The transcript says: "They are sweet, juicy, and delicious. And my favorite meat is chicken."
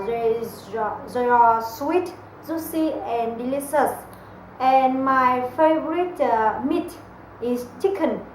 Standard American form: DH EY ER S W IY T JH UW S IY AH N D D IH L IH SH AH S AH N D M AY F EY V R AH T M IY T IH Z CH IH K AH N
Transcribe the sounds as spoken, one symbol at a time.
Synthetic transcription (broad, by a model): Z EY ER S W IY T Z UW S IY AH N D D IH L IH S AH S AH N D M AY F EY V R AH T M IY T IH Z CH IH K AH N